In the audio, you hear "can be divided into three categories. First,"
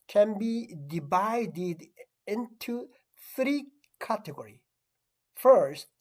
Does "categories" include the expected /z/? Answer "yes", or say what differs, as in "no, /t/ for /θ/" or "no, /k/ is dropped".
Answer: no, /z/ is dropped